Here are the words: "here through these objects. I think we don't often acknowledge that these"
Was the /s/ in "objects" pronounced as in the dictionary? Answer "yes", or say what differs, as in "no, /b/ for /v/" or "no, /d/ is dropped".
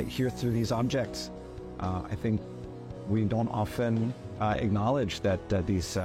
yes